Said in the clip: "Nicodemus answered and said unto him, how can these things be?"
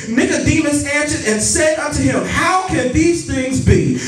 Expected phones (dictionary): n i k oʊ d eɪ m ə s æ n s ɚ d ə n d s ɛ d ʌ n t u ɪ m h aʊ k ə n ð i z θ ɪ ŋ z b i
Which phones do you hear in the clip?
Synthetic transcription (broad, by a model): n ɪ k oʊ d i m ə s æ n s ɚ d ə n s ɛ d ʌ n t u ɪ m h aʊ k ə n ð i z θ ɪ ŋ z b i